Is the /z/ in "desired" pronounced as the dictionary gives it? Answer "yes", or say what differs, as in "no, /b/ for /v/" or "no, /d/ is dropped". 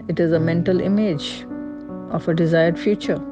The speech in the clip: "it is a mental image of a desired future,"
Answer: yes